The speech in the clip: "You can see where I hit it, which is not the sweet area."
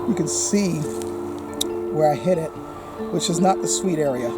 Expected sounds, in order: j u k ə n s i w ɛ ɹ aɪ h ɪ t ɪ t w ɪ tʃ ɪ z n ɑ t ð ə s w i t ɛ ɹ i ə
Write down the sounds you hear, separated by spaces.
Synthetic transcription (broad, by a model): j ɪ k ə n s i w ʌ ɹ aɪ h ɪ t ɪ t w ɪ tʃ ɪ z n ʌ t ð ə s w i t ɛ ɹ i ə